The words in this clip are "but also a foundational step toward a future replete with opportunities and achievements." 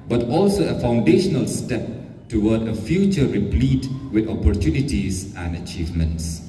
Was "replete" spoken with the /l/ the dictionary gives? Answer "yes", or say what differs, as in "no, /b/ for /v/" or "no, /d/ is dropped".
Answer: yes